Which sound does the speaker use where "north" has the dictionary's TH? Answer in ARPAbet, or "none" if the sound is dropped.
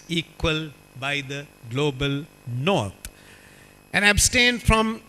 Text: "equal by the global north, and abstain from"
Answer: T